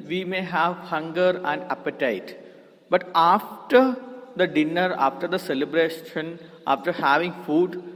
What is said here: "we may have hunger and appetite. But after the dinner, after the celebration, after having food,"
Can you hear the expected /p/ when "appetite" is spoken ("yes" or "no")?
yes